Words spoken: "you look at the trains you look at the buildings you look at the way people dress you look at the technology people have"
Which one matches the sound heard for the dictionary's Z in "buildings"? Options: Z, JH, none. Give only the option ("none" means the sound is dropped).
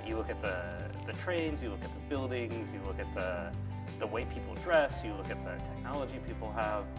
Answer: Z